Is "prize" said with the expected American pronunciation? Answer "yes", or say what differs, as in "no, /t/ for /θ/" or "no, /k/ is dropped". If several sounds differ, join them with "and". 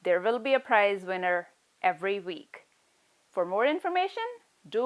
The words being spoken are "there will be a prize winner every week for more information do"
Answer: yes